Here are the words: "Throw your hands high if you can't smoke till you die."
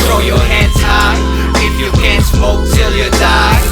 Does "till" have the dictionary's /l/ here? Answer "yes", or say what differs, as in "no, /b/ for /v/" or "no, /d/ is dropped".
yes